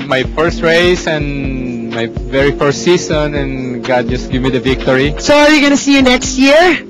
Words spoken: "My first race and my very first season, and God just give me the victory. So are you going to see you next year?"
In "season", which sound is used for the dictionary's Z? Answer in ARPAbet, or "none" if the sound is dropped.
S